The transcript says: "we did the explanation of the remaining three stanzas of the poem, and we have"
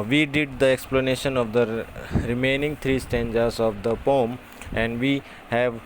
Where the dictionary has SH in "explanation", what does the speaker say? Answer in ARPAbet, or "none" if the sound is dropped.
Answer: SH